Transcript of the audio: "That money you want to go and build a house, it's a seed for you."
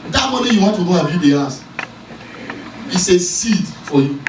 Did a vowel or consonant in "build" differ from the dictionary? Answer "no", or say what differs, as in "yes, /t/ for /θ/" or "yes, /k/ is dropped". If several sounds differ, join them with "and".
yes, /l/ is dropped